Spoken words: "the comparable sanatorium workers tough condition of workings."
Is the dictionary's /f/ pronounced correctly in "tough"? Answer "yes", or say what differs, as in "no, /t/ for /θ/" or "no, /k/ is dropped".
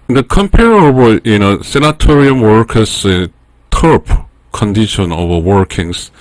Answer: no, /p/ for /f/